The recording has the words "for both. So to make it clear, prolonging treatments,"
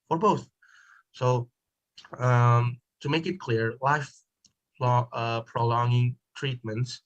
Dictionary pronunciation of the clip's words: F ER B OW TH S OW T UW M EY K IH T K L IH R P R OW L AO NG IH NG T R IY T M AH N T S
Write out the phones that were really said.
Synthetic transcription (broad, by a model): F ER B OW TH S OW T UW M EY K IH T K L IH R P R OW L AO NG IH NG T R IY T M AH N T S